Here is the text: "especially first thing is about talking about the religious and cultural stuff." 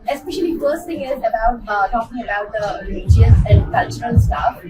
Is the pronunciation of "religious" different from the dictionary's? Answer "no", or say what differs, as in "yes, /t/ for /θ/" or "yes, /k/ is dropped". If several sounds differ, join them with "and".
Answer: yes, /dʒ/ is dropped